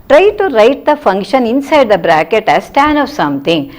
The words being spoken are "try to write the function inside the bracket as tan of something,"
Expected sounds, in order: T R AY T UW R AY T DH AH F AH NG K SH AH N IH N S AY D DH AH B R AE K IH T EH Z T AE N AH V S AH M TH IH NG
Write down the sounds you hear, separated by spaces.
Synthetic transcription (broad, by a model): T R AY T UW R AY T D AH F AH NG K SH AH N IH N S AY D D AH B R AE K IH T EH S T AE N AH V S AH M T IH NG